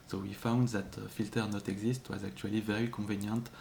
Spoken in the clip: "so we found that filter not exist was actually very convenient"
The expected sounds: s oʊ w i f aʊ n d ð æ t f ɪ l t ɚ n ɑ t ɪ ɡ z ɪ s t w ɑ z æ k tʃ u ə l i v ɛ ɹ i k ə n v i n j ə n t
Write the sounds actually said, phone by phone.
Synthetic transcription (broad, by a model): s oʊ w i f aʊ n d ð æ t f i l t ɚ n ɑ t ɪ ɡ z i s t w ɑ z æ k tʃ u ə l i v ɛ ɹ i k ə v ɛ n j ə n t